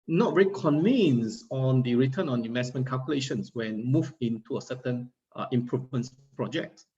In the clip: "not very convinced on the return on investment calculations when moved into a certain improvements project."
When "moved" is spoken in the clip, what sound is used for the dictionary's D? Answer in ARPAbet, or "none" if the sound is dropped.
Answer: none